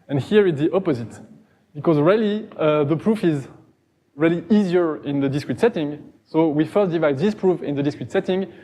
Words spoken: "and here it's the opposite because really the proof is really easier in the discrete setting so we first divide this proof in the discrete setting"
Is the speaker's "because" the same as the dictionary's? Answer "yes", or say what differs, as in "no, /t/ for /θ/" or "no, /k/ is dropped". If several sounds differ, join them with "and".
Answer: yes